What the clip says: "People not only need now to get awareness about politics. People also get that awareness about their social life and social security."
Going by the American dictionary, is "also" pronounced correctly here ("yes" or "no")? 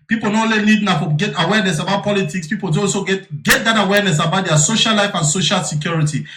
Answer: no